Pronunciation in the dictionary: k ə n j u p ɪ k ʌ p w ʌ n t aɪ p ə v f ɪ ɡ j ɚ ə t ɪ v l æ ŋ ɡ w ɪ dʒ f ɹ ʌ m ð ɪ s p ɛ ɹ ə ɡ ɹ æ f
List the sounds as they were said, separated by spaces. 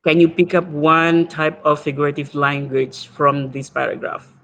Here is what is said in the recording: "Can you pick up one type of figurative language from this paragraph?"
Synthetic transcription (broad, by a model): k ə n j u p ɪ k ʌ p w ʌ n t aɪ p ə v f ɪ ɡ j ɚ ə t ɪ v l æ ŋ ɡ w ɪ dʒ f ɹ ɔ m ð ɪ s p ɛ ɹ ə ɡ ɹ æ f